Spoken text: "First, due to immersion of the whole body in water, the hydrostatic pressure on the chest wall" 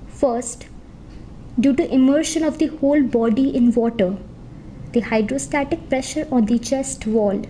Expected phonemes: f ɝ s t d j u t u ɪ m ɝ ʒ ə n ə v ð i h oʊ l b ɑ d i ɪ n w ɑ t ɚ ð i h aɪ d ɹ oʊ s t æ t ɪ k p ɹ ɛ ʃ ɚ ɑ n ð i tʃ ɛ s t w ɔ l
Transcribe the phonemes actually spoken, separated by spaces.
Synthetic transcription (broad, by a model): f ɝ s t d j u t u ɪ m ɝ ʃ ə n ə v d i h oʊ l b ɑ d i ɪ n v ɑ t ɚ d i h aɪ d ɹ oʊ s t æ t ɪ k p ɹ ɛ ʃ ɚ ɑ n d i tʃ ɛ s t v ɔ l